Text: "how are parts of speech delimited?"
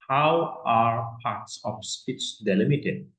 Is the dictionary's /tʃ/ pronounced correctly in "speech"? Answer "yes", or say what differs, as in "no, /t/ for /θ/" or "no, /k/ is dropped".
no, /s/ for /tʃ/